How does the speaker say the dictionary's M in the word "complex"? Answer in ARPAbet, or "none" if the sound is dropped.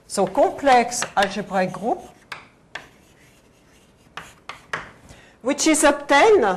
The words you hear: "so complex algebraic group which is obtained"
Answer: none